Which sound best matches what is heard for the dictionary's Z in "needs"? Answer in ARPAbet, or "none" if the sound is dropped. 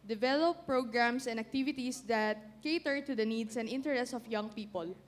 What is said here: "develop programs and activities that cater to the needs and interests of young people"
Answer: S